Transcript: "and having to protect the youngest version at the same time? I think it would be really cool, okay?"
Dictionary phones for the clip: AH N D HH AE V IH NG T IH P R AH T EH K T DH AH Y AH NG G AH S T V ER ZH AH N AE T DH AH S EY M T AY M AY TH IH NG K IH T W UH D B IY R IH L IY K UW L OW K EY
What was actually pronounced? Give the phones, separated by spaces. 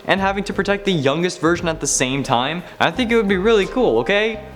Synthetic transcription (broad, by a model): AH N HH AE V IH NG T IH P R AH T EH K T DH AH Y AH NG G AH S T V ER ZH AH N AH T DH AH S EY M T AY M AY TH IH NG K IH T W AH D B IY R IH L IY K UW L OW K EY